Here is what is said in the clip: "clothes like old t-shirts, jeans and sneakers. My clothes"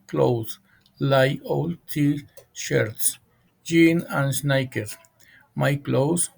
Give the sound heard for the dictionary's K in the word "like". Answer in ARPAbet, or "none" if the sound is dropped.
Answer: none